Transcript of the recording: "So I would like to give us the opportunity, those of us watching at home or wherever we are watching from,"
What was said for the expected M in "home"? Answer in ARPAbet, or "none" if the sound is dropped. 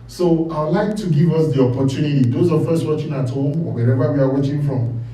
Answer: none